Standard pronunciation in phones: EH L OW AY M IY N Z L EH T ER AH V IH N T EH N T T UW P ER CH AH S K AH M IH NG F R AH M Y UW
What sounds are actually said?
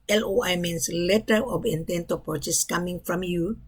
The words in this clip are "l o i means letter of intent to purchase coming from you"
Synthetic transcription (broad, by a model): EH L OW AY M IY N S L EH T ER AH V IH N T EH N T T UW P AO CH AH S K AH M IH NG F R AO M Y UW